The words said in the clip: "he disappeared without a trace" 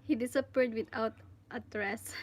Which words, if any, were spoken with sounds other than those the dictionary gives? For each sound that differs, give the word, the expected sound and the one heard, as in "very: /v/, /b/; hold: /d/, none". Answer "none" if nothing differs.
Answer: without: /θ/, /t/